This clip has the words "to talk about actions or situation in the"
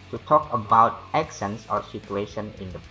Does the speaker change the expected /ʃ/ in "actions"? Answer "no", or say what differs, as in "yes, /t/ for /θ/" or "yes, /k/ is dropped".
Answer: yes, /s/ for /ʃ/